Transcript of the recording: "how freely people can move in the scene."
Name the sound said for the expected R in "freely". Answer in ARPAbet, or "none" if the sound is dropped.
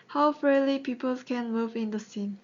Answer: none